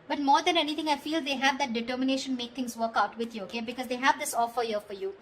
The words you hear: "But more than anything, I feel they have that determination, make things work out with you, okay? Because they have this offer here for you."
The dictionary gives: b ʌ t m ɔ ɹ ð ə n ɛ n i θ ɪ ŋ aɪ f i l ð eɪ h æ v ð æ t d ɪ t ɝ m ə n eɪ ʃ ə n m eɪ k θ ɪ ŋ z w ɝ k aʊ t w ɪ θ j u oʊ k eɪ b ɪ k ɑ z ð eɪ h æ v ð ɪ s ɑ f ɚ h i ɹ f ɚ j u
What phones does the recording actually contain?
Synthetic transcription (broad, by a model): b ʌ t m ɔ ɹ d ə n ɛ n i t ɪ ŋ aɪ f i l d eɪ h æ v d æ t d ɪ t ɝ m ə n eɪ ʃ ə n m eɪ k t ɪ ŋ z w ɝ k aʊ t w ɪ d j u oʊ k eɪ b ɪ k ɑ z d eɪ h æ v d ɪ s ɑ f ɚ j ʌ f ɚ j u